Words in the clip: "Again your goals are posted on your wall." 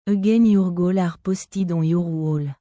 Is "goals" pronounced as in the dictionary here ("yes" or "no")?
no